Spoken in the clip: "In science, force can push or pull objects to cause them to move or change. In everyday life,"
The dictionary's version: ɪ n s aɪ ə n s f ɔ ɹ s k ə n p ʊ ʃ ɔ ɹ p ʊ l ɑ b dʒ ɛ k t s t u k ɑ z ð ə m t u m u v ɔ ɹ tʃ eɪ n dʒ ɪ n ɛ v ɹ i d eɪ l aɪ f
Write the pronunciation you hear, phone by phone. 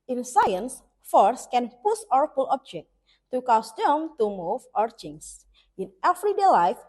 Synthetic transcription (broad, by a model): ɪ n s aɪ ə n s f ɔ ɹ s k ə n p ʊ s ɔ ɹ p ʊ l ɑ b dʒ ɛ k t t u k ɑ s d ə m t u m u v ɔ ɹ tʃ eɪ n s ɪ n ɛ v ɹ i d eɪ l aɪ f